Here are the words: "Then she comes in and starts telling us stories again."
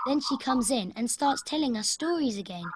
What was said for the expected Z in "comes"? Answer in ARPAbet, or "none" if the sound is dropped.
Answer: Z